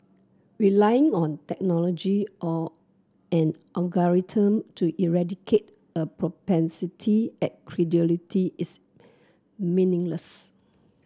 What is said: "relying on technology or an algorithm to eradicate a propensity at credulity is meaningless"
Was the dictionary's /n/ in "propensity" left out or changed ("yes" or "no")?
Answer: no